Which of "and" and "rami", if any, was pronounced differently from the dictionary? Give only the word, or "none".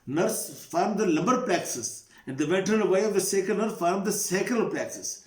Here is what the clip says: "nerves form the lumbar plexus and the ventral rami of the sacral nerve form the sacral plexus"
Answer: rami